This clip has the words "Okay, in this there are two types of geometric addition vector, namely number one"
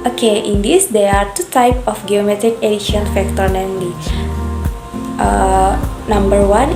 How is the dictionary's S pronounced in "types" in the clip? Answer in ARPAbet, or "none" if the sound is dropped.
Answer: none